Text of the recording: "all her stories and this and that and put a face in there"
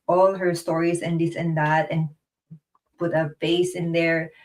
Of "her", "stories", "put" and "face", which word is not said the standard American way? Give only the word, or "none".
stories